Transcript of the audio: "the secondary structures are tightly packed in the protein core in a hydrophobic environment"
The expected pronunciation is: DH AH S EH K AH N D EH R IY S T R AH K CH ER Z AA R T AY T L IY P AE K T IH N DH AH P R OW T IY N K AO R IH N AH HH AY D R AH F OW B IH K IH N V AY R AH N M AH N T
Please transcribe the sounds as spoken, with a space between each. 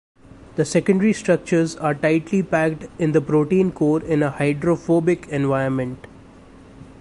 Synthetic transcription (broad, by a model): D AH S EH K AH N D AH R IY S T R AH K CH ER Z AA R T AY T L IY P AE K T IH N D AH P R OW T IY N K AO R IH N AH HH AY D R AH F OW B IH K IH N V AY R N M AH N T